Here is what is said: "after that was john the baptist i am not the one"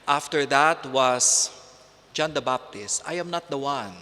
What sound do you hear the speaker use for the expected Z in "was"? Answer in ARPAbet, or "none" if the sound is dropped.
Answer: S